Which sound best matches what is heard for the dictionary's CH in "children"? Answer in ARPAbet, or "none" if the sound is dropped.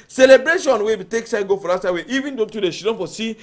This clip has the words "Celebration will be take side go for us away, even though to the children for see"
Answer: SH